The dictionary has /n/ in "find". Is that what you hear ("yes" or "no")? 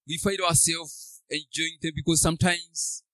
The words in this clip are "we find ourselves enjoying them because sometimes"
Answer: no